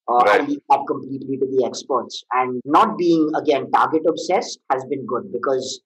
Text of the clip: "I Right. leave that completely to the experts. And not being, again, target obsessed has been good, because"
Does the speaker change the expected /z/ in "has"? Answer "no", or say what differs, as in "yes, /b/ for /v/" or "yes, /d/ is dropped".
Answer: no